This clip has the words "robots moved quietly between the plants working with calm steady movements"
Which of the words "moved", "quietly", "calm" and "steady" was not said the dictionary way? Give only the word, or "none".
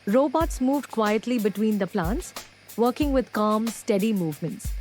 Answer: none